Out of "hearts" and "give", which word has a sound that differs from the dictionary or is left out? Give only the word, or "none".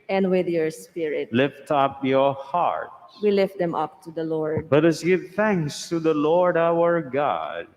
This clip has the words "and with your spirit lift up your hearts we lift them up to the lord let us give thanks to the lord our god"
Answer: hearts